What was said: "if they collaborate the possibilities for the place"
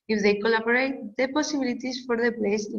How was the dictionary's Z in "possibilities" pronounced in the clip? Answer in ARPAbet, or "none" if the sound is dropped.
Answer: S